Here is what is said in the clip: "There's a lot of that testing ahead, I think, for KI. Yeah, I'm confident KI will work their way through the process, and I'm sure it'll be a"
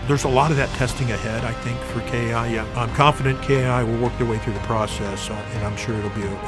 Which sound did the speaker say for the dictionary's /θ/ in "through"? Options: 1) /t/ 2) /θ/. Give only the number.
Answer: 2